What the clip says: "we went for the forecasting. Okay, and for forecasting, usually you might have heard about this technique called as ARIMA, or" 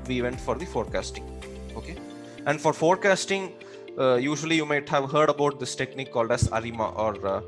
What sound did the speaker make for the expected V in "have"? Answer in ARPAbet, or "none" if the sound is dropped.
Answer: V